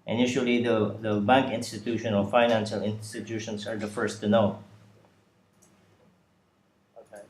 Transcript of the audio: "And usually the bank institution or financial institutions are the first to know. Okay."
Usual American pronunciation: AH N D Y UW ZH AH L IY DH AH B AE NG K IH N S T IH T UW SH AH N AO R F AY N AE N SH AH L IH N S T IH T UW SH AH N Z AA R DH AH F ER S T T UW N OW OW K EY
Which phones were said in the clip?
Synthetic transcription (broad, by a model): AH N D Y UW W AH L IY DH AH B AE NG K IH N S T IH T UW SH AH N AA L F AY N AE N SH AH L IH N S T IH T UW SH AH N S AA R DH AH F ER S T T UW N OW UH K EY